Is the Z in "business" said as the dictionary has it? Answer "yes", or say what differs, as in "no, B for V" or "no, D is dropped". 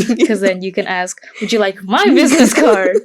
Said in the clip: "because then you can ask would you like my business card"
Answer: yes